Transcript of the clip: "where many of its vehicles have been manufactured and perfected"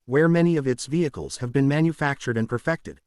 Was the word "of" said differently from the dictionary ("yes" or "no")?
no